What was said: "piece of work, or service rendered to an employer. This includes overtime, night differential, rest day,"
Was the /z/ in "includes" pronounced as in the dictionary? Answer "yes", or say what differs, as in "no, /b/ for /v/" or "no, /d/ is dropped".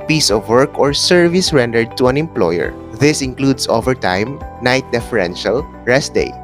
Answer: no, /s/ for /z/